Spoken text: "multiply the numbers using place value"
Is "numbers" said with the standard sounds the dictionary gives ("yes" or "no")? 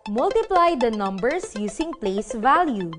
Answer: no